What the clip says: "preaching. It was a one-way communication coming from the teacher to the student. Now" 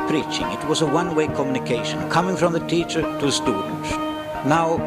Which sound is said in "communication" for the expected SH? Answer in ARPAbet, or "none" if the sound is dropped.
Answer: SH